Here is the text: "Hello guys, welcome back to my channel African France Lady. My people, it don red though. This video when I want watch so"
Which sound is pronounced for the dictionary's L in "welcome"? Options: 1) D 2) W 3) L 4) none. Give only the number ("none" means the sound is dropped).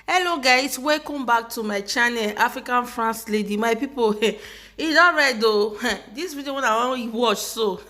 4